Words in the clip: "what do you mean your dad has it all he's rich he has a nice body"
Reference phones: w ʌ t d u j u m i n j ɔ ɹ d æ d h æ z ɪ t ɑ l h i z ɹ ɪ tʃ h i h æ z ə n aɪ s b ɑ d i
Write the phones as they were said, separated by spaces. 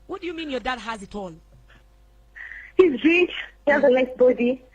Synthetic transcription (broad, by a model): w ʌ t d u j u m i n j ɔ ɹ d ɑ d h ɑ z ɪ t ɑ l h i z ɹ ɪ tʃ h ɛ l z ə l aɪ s b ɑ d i